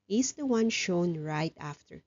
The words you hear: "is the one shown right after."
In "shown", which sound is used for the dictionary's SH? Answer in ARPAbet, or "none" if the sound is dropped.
SH